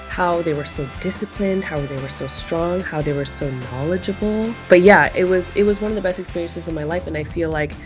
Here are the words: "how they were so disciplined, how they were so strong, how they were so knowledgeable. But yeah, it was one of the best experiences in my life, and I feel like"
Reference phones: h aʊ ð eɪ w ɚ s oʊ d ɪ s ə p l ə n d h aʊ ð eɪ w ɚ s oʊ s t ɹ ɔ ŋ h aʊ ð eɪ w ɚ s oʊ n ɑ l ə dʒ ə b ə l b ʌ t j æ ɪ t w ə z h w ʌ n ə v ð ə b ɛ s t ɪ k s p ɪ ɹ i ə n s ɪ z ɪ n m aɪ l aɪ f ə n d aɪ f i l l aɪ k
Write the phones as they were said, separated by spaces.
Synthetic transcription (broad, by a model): h aʊ ð eɪ w ɚ s oʊ d ɪ s ə p l ə n d h aʊ ð eɪ w ɚ s oʊ s t ɹ ɔ ŋ h aʊ ð eɪ w ɚ s oʊ n ɑ l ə dʒ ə b l b ʌ t j æ ɪ t w ə z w w ʌ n ə v ð ə b ɛ s t ɪ k s p ɪ ɹ i ə n s ɪ z ɪ n m aɪ l aɪ f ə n aɪ f i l l aɪ k